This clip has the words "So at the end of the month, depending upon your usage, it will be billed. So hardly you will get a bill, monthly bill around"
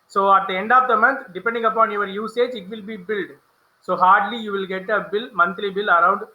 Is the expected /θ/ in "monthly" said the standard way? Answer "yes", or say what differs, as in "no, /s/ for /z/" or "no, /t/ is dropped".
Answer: no, /t/ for /θ/